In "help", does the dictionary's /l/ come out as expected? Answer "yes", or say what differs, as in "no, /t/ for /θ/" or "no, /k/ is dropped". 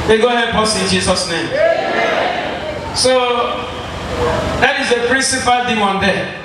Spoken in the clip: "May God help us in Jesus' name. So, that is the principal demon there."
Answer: no, /l/ is dropped